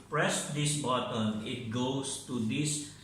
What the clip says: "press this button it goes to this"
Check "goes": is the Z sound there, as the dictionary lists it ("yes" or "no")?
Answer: no